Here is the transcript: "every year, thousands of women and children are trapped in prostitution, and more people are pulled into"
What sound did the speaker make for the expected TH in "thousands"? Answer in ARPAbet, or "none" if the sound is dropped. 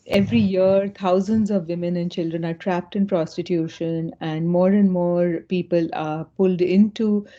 T